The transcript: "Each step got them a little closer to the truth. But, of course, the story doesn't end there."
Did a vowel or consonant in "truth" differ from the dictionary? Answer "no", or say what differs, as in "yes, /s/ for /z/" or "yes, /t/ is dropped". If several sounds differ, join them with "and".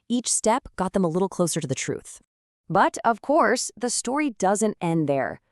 no